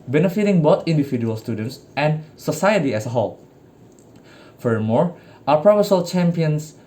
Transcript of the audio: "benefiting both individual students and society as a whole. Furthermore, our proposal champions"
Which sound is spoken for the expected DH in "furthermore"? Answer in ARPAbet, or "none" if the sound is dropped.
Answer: none